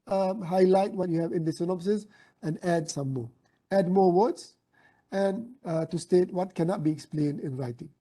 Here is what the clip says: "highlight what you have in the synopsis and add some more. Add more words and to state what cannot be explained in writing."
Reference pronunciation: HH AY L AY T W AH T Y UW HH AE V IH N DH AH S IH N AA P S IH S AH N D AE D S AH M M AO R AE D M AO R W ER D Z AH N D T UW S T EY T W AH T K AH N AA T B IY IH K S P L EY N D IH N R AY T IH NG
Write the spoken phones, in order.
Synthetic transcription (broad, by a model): HH AY L AY T W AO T Y UW HH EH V IH N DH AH S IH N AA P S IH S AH N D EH D S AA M M AO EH D M AO W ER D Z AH N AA T UW S T EY T W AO T K AH N AA T B IY IH K S P L EY N D IH N R AY T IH NG